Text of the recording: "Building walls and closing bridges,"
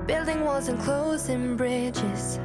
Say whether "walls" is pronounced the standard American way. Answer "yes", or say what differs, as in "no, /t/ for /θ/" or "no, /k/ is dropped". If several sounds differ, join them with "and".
no, /l/ is dropped